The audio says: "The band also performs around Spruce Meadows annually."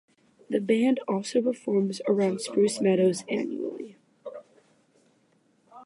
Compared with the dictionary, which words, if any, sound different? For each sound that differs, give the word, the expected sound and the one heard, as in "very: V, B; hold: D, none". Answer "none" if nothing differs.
none